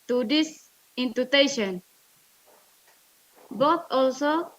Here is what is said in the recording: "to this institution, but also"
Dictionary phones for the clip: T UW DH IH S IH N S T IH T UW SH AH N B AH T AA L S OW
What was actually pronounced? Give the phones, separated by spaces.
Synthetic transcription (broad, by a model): T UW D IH S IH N T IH T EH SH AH N B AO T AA L S OW